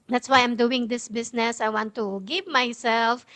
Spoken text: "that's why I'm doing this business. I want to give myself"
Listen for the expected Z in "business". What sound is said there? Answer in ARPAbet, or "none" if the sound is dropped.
S